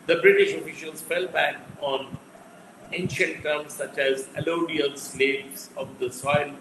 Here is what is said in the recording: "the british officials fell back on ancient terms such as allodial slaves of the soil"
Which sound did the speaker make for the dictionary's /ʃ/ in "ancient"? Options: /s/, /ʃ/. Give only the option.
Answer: /ʃ/